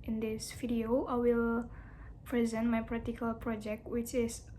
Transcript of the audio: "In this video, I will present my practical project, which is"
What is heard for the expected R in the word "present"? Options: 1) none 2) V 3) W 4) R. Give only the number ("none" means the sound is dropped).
4